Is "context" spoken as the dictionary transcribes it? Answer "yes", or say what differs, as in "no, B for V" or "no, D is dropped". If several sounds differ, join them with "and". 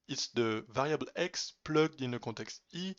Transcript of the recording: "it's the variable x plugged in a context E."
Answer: no, N is dropped